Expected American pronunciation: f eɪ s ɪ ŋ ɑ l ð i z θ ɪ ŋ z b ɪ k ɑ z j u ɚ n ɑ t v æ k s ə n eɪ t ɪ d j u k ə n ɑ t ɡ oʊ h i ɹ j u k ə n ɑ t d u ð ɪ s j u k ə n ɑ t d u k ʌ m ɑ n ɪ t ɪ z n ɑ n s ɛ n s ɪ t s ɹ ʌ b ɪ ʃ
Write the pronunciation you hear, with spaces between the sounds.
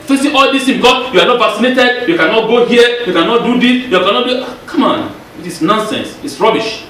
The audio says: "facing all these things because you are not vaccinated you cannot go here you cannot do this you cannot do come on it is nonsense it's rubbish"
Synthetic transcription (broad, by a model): f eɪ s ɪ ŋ ɑ l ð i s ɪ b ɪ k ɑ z j u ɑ n ɑ t v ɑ k s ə n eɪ t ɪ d j u k ə n ɑ t ɡ oʊ h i j u k ə n ɑ t d u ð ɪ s j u k ə n ɑ t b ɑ k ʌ m ɑ n ɪ t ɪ s n ɑ n s ɛ n s ɪ t s ɹ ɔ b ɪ ʃ